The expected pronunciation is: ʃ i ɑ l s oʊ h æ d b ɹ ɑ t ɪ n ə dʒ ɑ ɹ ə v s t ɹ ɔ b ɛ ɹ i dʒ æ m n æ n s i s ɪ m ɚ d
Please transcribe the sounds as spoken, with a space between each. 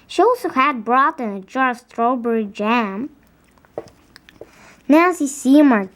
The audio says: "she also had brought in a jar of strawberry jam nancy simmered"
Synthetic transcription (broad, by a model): ʃ i ɑ l s oʊ h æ d b ɹ ɑ t ɪ n ə dʒ ɑ ɹ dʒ s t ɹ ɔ b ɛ ɹ i dʒ æ m n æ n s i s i m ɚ